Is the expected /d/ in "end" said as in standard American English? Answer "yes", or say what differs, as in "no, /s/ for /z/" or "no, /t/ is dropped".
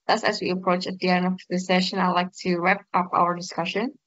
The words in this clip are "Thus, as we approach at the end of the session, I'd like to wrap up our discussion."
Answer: no, /d/ is dropped